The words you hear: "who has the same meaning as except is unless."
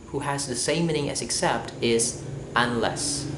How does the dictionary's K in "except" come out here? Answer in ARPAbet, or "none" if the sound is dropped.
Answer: K